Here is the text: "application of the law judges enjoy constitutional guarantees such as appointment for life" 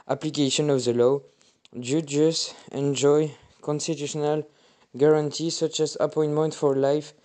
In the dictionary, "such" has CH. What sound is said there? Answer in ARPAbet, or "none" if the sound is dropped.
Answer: CH